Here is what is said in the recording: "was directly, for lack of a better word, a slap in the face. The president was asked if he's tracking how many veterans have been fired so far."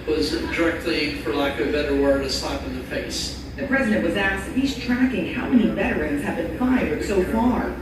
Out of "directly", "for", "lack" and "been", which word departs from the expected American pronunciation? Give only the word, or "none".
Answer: lack